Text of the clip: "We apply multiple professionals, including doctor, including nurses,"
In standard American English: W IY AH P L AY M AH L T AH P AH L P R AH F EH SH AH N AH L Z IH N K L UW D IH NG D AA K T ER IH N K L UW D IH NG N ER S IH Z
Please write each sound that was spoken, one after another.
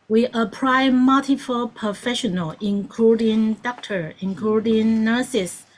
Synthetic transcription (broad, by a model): W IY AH P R AY M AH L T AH F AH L P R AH F EH SH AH N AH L IH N K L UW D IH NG D AA K T ER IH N K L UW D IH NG N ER S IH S